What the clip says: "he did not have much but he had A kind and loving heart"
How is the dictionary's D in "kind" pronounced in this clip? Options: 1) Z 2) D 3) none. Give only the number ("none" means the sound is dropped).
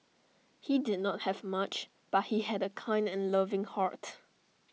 2